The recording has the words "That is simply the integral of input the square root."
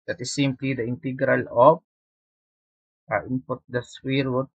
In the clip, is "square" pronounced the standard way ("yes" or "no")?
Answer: no